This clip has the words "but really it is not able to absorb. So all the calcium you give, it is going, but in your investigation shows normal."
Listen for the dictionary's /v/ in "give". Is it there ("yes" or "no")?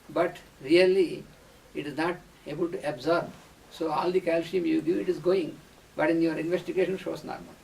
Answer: no